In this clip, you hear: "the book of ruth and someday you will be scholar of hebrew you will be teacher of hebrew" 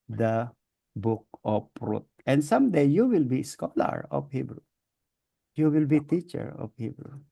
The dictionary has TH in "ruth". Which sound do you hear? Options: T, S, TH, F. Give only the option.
T